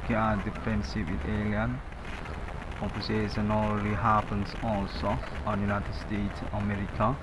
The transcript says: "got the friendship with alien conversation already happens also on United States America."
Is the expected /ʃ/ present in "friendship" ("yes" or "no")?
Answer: no